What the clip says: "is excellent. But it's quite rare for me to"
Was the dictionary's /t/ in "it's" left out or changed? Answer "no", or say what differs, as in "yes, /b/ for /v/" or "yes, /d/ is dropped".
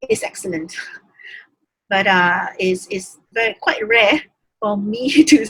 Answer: yes, /s/ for /t/